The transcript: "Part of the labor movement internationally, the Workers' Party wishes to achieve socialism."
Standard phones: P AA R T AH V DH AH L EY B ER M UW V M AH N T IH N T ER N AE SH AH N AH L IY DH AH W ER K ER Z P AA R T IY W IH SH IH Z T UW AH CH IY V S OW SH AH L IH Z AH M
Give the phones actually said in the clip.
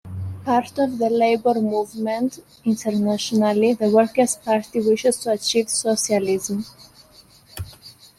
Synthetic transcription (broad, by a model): P AA R T AH V DH AH L EY B ER M UW V M AH N T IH N T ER N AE SH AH N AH L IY DH AH W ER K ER S P AA R T IY W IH SH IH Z T UW AH CH IY V S OW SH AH L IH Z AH M